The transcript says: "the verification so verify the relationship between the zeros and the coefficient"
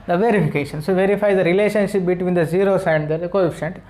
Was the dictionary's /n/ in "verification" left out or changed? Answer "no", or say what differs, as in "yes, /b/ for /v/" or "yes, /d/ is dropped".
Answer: no